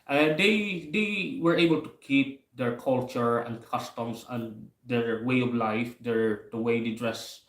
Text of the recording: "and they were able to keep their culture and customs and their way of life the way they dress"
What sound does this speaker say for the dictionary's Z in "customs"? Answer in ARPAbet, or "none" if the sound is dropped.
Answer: S